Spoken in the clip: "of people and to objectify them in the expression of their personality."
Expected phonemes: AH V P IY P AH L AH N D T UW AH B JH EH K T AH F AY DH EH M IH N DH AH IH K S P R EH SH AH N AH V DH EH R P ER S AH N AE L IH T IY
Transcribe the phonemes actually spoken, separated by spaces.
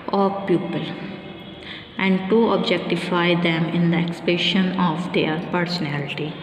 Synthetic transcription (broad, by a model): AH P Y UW P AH L AH N D T UW AH B JH EH K T AH F AY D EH M IH N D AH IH K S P EH SH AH N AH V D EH R P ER S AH N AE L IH T IY